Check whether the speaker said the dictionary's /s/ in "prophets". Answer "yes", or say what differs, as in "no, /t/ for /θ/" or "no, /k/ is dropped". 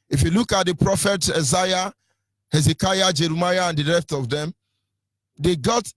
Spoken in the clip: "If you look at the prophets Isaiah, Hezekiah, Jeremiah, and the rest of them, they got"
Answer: no, /s/ is dropped